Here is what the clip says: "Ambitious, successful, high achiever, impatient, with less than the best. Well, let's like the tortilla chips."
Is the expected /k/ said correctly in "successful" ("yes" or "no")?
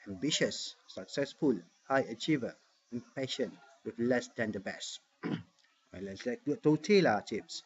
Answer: yes